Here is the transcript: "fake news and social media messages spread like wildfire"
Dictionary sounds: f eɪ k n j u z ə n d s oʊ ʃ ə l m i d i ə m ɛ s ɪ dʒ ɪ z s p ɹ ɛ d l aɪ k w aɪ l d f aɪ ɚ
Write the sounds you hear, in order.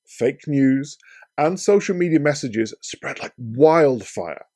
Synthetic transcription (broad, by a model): f eɪ k n j u z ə n s oʊ ʃ ə l m i d i ə m ɛ s ɪ dʒ ɪ z s p ɹ ɛ d l aɪ k w aɪ l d f aɪ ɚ